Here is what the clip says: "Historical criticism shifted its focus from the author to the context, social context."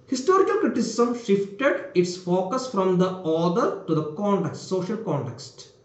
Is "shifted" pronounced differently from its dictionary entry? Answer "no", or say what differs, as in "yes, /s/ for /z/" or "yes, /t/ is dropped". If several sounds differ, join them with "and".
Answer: no